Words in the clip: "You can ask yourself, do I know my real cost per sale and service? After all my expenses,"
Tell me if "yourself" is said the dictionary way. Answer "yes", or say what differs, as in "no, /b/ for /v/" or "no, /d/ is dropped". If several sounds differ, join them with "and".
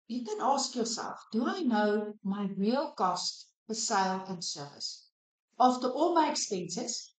no, /w/ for /ɹ/